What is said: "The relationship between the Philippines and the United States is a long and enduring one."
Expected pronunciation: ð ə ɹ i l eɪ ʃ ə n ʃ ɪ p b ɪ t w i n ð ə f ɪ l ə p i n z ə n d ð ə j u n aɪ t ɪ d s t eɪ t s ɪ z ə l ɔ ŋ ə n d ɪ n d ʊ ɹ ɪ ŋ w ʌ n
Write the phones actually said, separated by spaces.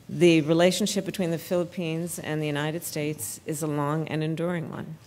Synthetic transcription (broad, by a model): ð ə ɹ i l eɪ ʃ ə n ʃ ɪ p b ɪ t w i n ð ə f ɪ l ə p i n z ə n ð ə j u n aɪ t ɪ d s t eɪ t s ɪ z ə l ɔ ŋ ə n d ɪ n d ʊ ɹ ɪ ŋ w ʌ n